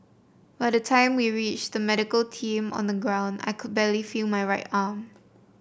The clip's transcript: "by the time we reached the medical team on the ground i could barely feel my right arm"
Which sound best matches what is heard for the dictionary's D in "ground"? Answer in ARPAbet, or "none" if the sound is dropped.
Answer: D